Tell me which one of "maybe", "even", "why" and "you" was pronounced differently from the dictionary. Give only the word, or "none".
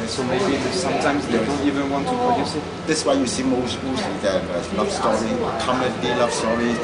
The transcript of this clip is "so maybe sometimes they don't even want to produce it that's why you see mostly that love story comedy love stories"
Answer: none